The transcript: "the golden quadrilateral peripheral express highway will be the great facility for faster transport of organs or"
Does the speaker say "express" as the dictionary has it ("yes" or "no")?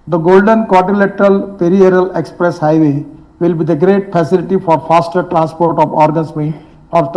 yes